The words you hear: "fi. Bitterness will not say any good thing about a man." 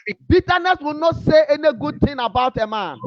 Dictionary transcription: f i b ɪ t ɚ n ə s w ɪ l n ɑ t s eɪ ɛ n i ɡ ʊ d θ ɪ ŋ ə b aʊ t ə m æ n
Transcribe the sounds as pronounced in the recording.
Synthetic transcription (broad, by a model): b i t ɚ n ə s w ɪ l n ɑ t s eɪ ɛ n i ɡ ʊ d t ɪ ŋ ə b aʊ t ə m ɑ n